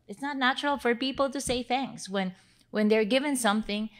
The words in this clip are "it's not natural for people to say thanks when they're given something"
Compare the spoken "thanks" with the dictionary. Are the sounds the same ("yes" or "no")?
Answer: yes